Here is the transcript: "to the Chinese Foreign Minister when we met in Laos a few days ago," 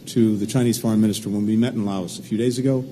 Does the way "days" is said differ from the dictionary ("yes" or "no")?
no